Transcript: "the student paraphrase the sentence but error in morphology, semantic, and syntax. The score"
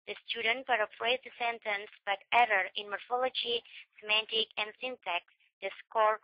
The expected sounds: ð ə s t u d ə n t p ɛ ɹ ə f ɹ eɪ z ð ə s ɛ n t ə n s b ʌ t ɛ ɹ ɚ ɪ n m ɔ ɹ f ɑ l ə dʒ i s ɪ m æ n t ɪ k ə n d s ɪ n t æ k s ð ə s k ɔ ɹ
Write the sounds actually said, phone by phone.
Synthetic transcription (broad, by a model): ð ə s t u d ə n t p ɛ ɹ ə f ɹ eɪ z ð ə s ɛ n t ə n s b ʌ t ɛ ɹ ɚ ɪ n m ɔ ɹ f ɑ l ə dʒ i s ɪ m æ n t ɪ k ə n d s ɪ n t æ k s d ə s k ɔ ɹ